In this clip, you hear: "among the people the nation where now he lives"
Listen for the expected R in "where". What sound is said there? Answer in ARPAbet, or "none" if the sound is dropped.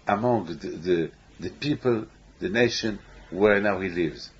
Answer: R